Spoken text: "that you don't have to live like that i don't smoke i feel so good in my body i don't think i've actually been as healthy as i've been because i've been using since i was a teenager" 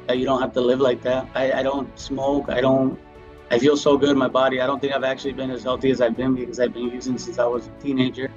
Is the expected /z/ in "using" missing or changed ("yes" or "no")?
no